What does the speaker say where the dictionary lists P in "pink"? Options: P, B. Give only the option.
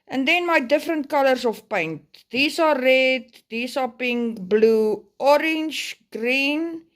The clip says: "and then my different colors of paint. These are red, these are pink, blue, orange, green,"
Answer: P